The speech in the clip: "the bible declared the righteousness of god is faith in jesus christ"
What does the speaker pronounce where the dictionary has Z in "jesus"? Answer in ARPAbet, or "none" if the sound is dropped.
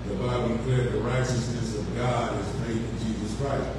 Z